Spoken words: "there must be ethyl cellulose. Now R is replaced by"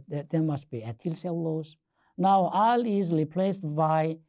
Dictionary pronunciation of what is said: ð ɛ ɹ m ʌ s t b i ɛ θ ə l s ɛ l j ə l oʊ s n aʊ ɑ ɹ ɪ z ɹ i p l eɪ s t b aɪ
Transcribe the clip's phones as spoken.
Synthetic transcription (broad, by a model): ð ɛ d m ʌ s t b i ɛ t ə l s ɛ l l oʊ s n aʊ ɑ l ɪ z ɹ i p l eɪ s t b aɪ